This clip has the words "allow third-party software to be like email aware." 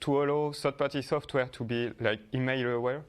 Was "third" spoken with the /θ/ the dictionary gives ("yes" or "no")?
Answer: no